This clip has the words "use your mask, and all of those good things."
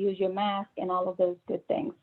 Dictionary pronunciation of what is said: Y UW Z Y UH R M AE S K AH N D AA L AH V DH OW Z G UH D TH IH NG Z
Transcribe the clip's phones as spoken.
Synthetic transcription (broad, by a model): Y UW Z Y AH R M AE S K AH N AA L AH V DH OW Z G UH D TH IH NG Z